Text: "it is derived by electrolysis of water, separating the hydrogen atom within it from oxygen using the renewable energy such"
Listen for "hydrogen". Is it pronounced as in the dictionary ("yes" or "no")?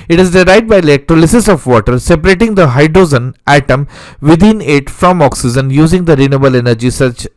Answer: no